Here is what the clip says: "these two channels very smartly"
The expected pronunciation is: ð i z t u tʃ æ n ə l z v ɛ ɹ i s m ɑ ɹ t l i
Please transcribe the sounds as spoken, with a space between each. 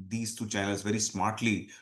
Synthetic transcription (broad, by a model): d i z t u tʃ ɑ ə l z v ɛ ɹ i s m ɑ ɹ t l i